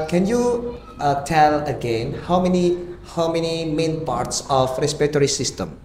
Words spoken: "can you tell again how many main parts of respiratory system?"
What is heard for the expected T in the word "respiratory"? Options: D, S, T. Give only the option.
T